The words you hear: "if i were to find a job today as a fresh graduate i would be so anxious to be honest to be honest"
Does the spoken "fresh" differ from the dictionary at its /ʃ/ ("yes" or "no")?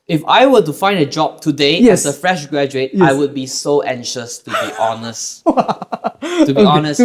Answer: no